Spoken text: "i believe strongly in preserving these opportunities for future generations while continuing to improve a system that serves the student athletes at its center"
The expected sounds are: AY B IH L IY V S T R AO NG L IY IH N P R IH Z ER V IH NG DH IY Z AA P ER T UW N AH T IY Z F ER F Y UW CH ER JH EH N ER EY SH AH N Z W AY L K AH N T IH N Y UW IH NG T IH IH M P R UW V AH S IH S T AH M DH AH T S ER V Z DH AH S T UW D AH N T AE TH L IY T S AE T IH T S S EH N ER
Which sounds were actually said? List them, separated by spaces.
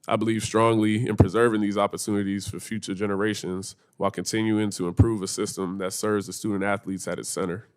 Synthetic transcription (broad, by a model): AY B IH L IY V S T R AO NG L IY IH N P R IH Z ER V IH NG DH IY Z AA P ER T UW N AH T IY Z F ER F Y UW CH ER JH EH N ER EY SH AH N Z W AY L K AH N T IH N Y UW IH NG T IH IH M P R UW V AH S IH S T AH M DH AH T S ER V Z DH AH S T UW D N T AE TH L IY T S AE T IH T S S EH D ER